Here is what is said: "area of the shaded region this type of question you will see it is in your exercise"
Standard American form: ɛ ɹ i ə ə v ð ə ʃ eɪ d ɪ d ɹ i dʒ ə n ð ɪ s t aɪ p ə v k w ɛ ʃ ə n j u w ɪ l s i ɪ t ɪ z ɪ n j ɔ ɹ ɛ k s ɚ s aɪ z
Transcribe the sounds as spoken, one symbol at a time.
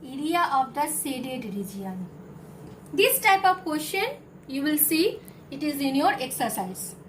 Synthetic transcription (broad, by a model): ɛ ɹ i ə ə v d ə s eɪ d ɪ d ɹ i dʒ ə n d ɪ s t aɪ p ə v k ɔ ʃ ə n j u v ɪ l s i ɪ t ɪ z ɪ n j ɔ ɹ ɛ k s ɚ s aɪ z